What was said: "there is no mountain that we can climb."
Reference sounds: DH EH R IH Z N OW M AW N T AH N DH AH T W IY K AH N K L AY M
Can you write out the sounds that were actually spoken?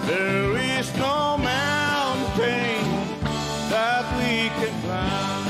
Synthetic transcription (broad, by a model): DH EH R IH Z N OW M AW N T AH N DH AH T W IY K AH N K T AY